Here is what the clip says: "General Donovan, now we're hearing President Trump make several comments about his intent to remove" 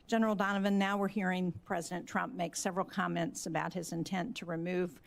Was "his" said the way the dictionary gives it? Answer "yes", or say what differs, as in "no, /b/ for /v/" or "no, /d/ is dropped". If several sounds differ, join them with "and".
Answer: yes